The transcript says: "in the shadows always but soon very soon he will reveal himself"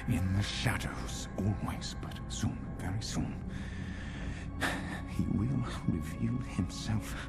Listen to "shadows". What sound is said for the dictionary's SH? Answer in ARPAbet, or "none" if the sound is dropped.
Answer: SH